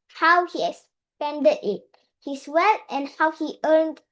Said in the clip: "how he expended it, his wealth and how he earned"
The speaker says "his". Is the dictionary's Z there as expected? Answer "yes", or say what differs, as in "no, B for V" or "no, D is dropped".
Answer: no, S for Z